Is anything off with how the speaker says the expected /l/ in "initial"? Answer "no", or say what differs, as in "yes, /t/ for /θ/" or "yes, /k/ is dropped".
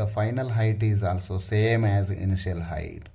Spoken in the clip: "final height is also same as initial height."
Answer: no